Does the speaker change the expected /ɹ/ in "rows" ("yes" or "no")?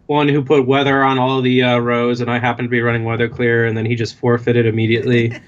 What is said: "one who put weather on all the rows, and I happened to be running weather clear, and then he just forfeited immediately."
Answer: no